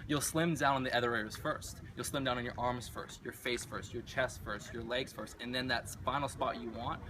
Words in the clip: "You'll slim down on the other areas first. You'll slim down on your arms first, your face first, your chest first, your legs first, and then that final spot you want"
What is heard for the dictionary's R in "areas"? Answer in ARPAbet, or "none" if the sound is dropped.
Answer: none